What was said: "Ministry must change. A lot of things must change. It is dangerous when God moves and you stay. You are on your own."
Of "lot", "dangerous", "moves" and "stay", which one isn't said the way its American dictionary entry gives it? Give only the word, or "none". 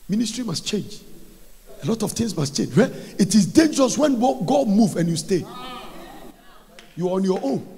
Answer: moves